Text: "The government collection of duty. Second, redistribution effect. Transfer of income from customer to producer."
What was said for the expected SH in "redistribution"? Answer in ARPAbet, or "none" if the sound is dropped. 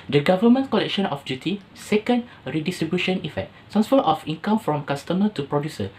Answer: SH